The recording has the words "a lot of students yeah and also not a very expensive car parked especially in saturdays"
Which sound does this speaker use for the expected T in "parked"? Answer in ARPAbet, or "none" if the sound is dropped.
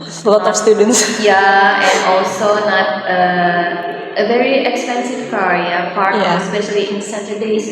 none